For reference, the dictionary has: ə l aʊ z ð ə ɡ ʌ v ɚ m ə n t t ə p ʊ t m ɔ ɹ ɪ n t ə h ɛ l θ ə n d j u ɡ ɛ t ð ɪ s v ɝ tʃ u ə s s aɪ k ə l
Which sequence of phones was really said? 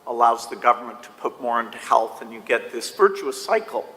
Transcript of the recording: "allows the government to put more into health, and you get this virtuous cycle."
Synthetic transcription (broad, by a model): ə l aʊ z ð ə ɡ ʌ v ɚ m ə n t t ə p ʊ t m ɔ ɹ ɪ n t ə h ɛ l θ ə n j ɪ ɡ ɛ t ð ɪ s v ɝ tʃ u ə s s aɪ k l